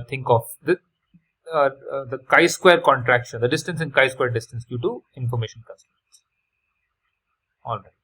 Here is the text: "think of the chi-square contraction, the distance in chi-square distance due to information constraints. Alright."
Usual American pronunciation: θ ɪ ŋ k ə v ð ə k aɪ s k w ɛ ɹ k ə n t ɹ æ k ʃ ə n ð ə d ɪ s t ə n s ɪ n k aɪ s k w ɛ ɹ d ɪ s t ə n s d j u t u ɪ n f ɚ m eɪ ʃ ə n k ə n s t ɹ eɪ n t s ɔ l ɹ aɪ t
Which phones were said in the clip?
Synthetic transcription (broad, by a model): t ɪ ŋ k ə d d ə k aɪ s k w ɛ ɹ k ə n t ɹ æ k ʃ ə n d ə d ɪ s t ə n s ɪ n k aɪ s k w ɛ ɹ d ɪ s t ə n s d j u t u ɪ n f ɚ m eɪ ʃ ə n k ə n s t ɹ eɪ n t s ɔ l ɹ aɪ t